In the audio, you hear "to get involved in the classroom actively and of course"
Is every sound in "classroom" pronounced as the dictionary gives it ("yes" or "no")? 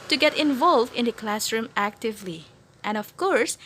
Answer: yes